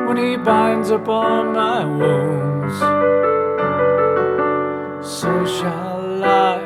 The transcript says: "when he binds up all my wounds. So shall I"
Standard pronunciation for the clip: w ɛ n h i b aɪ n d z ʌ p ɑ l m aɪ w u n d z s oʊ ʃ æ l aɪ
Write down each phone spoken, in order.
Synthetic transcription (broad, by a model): w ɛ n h i b aɪ n d z ʌ p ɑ n m aɪ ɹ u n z s oʊ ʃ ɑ l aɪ